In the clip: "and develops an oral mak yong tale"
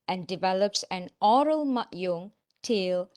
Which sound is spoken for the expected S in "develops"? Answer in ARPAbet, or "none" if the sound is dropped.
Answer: S